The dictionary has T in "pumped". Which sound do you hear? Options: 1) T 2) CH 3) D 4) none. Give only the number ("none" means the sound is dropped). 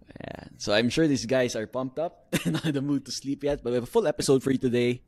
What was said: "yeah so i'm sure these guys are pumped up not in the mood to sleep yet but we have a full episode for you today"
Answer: 1